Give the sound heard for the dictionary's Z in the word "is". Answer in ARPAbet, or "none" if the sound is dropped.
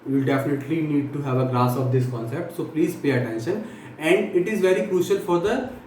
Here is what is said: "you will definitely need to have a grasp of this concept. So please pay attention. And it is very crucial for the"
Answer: Z